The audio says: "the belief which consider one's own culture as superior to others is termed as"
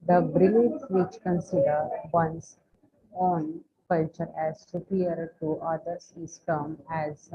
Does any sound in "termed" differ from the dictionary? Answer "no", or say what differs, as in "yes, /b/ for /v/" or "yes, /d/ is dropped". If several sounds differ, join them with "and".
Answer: yes, /d/ is dropped